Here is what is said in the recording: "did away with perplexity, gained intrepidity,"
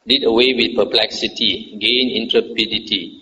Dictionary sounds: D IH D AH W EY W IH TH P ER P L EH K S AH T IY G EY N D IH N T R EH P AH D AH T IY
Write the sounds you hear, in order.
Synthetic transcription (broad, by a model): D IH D AH W EY W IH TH P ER P L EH K S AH T IY G EY N IH N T R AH P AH D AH T IY